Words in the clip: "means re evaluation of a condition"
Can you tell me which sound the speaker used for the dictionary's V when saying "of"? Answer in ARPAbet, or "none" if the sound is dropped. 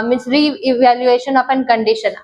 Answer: P